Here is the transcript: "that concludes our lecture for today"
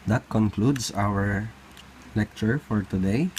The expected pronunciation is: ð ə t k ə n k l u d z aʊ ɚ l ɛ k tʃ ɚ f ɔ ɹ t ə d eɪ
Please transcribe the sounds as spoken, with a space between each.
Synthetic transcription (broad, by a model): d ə t k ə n k l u d s aʊ ɚ l ɛ k tʃ ɚ f ɔ ɹ t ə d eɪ